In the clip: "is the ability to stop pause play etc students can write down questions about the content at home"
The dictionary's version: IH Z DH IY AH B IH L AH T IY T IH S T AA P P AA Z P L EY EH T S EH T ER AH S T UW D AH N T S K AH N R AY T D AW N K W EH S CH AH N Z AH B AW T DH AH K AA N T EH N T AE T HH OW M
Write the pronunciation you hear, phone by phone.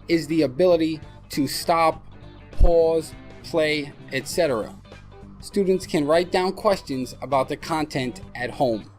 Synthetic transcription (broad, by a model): IH Z DH IY AH B IH L AH T IY T IH S T AA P P AA Z P L EY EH T S EH T ER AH S T UW D N T S K AH N R AY T D AW N K W EH S CH AH N Z AH B AW T DH AH K AA N T EH N T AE T HH OW M